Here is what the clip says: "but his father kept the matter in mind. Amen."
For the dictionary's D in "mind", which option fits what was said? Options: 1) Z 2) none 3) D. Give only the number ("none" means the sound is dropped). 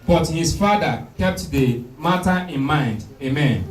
3